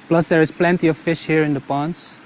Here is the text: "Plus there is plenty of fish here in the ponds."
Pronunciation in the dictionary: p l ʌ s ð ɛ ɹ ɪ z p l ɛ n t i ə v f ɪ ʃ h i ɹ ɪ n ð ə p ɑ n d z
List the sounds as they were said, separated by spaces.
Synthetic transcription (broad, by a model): p l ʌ s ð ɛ ɹ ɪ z p l ɛ n t i ə v f ɪ ʃ h i ɹ ɪ n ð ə p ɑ n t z